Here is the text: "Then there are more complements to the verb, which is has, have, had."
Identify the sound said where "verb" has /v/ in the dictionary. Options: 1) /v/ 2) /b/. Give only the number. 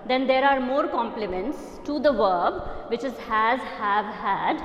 1